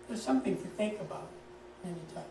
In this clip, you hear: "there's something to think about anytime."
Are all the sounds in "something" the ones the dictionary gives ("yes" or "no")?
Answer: yes